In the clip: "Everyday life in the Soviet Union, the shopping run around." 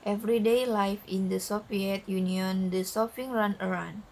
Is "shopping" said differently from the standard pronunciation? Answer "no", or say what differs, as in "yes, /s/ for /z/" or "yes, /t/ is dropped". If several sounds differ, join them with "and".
yes, /s/ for /ʃ/ and /f/ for /p/